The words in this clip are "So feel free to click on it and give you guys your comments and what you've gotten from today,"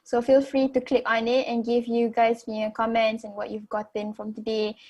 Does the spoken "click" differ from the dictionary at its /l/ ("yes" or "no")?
no